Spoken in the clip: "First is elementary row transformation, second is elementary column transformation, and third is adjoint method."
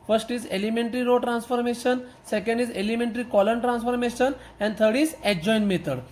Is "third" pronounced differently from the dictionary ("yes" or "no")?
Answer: yes